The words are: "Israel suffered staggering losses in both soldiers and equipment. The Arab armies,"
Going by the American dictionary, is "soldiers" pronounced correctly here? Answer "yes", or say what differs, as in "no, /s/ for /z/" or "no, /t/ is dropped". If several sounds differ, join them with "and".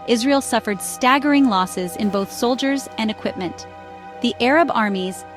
yes